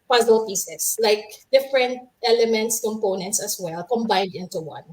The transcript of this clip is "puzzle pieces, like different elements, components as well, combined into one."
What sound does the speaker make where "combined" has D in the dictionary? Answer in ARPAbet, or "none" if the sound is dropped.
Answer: D